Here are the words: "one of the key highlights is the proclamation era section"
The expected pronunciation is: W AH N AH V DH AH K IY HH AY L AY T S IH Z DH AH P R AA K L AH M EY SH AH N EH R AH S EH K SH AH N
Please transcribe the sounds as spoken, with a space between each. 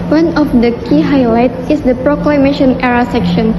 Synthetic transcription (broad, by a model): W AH N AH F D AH K IY HH AY L AY T IH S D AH P R AA K L AH M EY SH AH N EH R AH S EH K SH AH N